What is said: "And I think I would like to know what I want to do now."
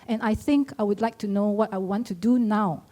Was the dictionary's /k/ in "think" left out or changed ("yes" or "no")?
no